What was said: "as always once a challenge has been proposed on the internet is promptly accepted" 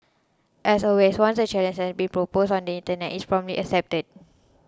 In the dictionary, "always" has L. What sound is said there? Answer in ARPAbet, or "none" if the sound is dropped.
none